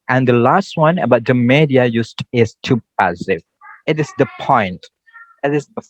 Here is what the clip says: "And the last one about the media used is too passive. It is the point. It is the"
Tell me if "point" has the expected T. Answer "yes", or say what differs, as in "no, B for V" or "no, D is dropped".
yes